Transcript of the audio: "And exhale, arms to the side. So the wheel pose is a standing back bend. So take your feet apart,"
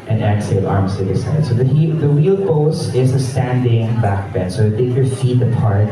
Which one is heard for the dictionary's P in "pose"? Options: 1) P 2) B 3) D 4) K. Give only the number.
2